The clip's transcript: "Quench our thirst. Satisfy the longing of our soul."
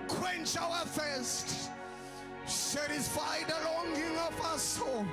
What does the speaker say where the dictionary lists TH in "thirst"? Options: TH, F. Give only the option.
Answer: F